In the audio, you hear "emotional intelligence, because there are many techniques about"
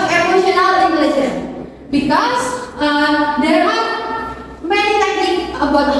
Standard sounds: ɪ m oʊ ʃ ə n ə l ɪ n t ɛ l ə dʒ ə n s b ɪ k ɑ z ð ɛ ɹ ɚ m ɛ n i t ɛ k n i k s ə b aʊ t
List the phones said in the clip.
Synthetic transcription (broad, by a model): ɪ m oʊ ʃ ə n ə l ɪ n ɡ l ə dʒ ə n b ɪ k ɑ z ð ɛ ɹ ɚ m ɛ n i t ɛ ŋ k ə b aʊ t